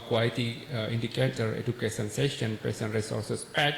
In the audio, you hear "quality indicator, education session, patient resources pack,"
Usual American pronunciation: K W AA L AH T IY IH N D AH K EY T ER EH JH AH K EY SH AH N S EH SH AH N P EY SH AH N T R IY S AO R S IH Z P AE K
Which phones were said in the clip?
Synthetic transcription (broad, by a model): K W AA L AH T IY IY N D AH K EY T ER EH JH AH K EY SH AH N S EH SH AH N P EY S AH N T R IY S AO R S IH S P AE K